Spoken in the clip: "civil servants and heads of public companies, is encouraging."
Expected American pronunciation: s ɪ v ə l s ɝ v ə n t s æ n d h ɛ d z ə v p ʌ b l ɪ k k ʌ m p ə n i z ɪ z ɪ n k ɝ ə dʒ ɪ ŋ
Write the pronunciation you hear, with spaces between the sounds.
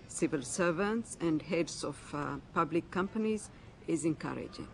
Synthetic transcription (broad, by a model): s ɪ v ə l s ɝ v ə n t s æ n d h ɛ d s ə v p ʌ b l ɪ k k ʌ m p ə n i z ɪ z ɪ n k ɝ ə dʒ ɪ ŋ